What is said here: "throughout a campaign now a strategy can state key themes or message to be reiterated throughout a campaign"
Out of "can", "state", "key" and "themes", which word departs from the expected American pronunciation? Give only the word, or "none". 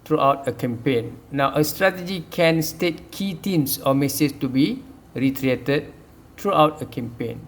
themes